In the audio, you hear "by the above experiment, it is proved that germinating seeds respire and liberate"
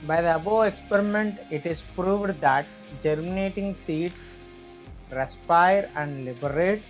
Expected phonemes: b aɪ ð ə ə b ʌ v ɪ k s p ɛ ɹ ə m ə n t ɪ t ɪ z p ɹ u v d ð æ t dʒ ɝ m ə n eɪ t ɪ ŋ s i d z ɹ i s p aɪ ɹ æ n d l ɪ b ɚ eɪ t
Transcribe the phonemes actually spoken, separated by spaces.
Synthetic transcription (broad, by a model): b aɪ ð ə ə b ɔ ɪ k s p ɛ ɹ ə m ə n t ɪ t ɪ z p ɹ u v d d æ t dʒ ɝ m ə n eɪ t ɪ ŋ s i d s ɹ i s p aɪ ɹ æ n d l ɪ b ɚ eɪ t